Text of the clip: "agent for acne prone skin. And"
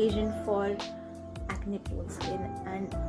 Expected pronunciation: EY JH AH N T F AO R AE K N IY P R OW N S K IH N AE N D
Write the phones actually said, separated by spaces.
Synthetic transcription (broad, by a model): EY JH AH N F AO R AE K N IY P OW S IH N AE N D